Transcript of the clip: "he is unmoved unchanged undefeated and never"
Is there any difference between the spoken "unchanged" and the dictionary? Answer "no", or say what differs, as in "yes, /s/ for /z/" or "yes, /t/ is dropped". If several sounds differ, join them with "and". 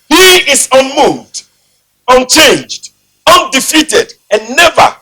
no